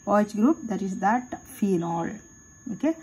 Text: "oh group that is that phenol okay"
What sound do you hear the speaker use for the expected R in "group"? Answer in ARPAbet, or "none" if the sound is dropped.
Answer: R